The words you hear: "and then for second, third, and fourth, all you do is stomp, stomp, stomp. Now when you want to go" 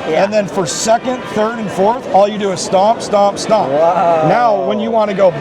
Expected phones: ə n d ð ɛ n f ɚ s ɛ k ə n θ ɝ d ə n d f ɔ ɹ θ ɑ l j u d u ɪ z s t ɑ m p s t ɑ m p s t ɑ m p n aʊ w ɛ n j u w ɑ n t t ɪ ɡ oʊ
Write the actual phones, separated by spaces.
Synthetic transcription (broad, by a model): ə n ð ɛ n f ɚ s ɛ k ə n θ ɝ d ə n f ɔ ɹ θ ɑ l j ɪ d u ɪ z s t ɑ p s t ɑ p s t ɑ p n aʊ w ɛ n j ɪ w ɑ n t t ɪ ɡ oʊ